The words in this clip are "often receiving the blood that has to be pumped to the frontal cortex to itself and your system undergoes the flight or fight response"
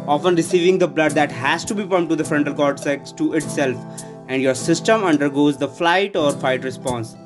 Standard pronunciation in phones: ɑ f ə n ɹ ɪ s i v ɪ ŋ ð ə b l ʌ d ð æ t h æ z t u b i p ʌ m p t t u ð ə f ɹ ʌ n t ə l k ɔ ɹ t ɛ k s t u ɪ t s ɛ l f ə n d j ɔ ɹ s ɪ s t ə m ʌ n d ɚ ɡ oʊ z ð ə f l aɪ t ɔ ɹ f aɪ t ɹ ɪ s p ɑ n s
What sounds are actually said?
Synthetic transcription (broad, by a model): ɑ f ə n ɹ ɪ s i v ɪ ŋ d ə b l ʌ d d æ t h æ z t u b i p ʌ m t t u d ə f ɹ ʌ n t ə l k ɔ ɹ s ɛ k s t u ɪ t s ɛ l f ə n d j ɔ ɹ s ɪ s t ə m ʌ n d ɚ ɡ oʊ z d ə f l aɪ t ɔ ɹ f aɪ t ɹ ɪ s p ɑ n s